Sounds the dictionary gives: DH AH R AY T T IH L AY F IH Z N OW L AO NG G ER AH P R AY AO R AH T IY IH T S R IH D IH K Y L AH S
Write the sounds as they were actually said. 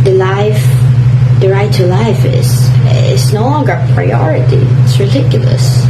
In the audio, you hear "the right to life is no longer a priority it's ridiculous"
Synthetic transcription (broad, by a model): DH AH L AY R T IH L AY F IH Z N OW L AO NG G ER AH P R AY AO R AH T IY IH T S R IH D IH K Y L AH S